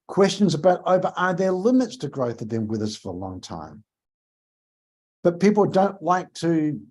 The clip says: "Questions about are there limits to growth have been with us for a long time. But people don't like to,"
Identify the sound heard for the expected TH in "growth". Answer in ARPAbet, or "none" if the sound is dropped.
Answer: TH